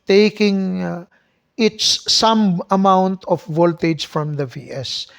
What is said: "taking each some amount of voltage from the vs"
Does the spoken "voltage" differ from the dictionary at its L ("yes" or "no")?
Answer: no